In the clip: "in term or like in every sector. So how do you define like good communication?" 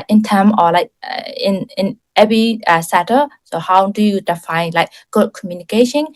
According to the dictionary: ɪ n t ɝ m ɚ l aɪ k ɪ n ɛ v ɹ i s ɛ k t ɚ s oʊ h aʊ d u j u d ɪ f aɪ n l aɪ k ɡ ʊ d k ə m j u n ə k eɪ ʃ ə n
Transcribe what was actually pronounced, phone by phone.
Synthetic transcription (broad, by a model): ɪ n t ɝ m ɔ l aɪ k ɪ n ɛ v ɹ i s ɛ t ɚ s oʊ h aʊ d u j u d ɪ f aɪ n l aɪ k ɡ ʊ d k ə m j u n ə k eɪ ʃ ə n